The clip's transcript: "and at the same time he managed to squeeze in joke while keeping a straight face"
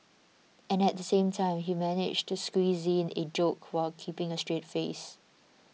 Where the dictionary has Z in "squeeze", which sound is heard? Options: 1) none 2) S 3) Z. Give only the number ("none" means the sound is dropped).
3